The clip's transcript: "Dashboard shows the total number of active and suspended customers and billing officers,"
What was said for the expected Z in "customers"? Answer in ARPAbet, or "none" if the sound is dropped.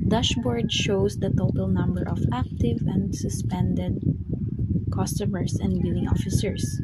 S